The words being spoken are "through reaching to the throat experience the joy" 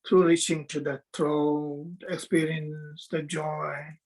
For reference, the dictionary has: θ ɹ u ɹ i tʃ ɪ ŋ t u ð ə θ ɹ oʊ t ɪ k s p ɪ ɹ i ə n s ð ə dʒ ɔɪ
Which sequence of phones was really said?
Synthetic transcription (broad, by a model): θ ɹ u ɹ i tʃ ɪ ŋ t u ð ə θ ɹ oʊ ɪ k s p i ɹ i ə n s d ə dʒ ɔɪ